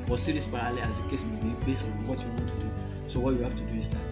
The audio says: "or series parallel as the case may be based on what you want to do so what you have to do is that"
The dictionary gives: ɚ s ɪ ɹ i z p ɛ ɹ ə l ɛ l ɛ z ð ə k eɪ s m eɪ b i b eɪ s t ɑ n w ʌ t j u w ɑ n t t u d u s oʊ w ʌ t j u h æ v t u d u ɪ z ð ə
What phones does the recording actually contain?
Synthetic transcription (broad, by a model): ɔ s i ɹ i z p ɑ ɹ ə l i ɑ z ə k eɪ s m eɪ b i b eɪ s ɑ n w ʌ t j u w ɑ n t t u d u s oʊ w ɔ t j u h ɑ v t u d u ɪ z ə